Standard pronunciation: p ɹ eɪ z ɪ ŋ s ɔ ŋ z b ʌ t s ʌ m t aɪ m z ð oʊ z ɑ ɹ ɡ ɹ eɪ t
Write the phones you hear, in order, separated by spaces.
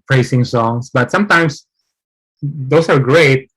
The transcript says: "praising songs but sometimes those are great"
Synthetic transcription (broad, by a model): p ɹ eɪ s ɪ ŋ s ɔ ŋ s b ʌ t s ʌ m t aɪ m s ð oʊ s ɑ ɹ ɡ ɹ eɪ t